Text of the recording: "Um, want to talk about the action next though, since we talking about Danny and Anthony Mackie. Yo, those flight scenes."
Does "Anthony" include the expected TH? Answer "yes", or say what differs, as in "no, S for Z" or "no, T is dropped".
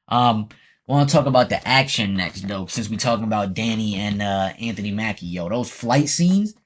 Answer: yes